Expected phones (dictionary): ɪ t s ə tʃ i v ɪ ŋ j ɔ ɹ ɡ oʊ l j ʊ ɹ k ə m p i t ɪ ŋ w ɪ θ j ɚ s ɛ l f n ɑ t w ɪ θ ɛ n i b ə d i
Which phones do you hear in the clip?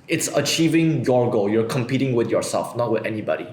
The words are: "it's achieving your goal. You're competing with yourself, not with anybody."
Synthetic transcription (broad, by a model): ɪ t s ə tʃ i v ɪ ŋ j ɔ ɹ ɡ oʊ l j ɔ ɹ k ə m p i t ɪ ŋ w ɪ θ j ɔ s ɛ l f n ɑ t w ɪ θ ɛ n i b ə d i